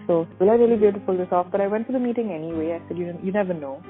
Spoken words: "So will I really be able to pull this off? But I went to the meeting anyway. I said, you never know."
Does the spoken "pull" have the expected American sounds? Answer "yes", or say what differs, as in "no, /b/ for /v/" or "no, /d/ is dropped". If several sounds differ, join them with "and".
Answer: no, /f/ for /p/